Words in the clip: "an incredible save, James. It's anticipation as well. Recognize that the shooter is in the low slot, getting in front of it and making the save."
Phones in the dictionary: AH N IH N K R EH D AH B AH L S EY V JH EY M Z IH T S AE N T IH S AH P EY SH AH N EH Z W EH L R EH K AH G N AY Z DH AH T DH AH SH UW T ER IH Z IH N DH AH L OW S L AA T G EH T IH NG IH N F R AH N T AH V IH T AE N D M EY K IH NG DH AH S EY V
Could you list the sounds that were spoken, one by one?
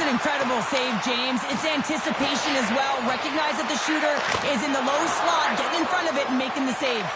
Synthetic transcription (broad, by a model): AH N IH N K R EH D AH B L S EY V JH EY M Z IH T S AE N T IH S AH P EY SH AH N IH Z W EH L R EH K AH G N AY Z DH AH T DH AH SH UW T ER IH Z IH N DH AH L OW S L AA T G EH T IH NG IH N F R AH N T AH V IH T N M EY K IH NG DH AH S EY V